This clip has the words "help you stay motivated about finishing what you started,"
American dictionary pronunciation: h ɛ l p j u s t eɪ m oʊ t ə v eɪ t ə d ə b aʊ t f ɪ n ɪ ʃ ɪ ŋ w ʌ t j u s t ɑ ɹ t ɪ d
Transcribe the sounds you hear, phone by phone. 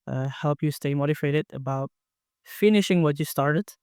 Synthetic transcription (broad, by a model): h ɛ l p j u s t eɪ m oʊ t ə f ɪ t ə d ə b aʊ t f ɪ n ɪ ʃ ɪ ŋ w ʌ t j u s t ɑ ɹ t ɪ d